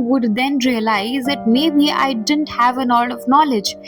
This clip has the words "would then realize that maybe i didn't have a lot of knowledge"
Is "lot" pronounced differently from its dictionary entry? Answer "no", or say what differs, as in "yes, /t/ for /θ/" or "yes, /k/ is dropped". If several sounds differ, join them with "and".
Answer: yes, /n/ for /l/